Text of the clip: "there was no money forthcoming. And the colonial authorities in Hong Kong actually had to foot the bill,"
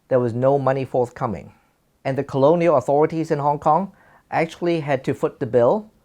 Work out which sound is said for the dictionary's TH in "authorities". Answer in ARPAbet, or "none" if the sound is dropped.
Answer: TH